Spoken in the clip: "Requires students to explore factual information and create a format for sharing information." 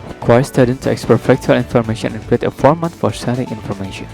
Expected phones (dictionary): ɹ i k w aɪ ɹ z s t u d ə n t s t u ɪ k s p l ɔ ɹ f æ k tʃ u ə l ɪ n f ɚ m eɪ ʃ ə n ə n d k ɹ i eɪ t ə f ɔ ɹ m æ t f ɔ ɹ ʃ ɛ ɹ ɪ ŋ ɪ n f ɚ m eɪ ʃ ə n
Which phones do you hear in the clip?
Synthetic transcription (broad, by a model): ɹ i k w aɪ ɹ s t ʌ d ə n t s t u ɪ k s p ɔ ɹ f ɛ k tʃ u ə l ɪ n f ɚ m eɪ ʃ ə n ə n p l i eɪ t ə f ɔ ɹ m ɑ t f ɔ ɹ s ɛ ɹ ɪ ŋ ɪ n f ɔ m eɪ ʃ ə n